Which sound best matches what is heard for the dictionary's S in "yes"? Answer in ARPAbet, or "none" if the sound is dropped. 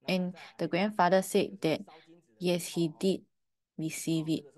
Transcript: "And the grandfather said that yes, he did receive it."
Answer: S